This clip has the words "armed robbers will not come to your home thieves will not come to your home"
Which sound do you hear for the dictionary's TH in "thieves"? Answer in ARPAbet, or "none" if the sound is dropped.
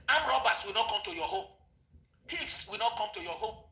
T